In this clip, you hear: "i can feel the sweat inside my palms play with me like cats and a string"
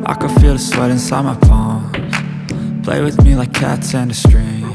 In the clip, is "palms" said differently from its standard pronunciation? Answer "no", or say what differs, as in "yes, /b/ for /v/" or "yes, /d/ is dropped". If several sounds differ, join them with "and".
yes, /z/ is dropped